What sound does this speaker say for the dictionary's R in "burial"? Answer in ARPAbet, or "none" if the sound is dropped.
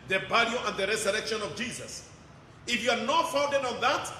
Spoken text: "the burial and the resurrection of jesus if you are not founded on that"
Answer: L